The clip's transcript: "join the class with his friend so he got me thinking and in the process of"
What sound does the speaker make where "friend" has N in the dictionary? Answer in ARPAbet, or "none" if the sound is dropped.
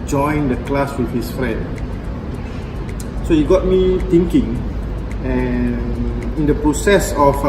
N